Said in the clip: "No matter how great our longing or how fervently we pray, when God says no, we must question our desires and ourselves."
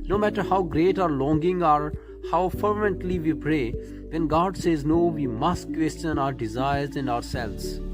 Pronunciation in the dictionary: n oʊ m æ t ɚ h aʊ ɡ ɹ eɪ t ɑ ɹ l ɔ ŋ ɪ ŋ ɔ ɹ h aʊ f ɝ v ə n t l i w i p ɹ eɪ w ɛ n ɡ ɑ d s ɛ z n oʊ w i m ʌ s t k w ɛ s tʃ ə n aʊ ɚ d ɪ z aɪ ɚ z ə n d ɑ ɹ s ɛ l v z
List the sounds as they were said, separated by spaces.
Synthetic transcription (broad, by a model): n oʊ m æ t ɚ h aʊ ɡ ɹ eɪ t ɑ ɹ l ɔ ŋ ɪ ŋ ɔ ɹ h aʊ f ɝ v ə n t l i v i p ɹ eɪ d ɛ n ɡ ɑ d s ɛ z n oʊ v i m ʌ s t k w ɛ s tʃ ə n aʊ ɚ d ɪ z aɪ ɚ z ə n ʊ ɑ ɹ s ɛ l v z